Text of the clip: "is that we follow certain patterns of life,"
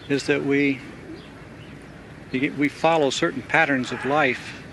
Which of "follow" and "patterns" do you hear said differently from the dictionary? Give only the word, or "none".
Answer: none